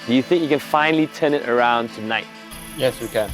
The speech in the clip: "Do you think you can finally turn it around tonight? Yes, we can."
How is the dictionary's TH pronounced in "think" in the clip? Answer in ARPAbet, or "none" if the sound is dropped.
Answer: TH